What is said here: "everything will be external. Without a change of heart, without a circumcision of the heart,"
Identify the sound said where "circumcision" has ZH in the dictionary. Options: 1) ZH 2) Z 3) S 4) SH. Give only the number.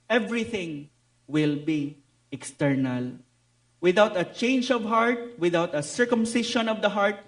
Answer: 4